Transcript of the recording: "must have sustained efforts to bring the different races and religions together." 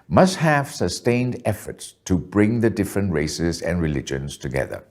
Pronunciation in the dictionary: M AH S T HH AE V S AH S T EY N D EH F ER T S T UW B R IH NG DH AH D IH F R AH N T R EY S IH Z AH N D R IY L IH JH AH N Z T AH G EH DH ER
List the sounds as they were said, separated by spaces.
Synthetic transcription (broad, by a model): M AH S T HH AE V S AH S T EY N D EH F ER T S T UW B R IH NG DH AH D IH F R AH N T R EY S IH Z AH N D R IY L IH JH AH N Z T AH G EH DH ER